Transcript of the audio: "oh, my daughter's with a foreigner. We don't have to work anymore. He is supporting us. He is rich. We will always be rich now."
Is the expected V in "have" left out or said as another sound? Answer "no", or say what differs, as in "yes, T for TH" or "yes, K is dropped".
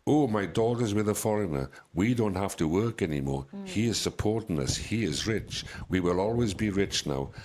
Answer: yes, F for V